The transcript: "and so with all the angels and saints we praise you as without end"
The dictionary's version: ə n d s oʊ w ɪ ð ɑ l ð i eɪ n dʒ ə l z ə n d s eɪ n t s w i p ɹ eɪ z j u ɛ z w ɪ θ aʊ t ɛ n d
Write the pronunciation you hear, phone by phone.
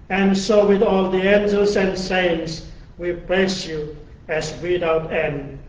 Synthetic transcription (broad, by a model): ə n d s oʊ w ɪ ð ɑ l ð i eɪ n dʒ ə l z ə n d s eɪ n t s w i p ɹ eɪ s j u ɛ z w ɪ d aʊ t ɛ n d